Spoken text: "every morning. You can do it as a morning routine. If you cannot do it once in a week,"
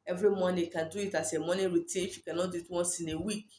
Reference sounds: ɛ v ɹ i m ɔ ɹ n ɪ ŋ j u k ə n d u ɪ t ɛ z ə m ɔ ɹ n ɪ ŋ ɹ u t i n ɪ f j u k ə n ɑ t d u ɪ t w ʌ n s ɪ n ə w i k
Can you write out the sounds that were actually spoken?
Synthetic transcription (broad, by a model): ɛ v ɹ i m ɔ n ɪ k ə n d u ɪ t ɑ s ə m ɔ n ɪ ɹ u t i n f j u k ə n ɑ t d u ɪ t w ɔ s ɪ n ə w i k